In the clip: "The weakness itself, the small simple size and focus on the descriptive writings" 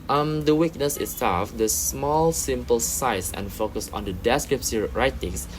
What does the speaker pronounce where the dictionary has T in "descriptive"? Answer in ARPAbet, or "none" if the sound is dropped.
S